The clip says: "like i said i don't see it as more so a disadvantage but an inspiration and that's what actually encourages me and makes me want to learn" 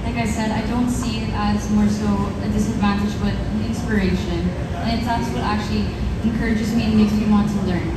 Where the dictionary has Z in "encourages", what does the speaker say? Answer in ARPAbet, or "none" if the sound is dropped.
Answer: Z